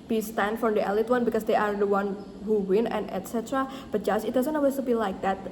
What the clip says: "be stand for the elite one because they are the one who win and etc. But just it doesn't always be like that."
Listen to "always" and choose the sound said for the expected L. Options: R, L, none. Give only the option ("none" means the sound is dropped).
none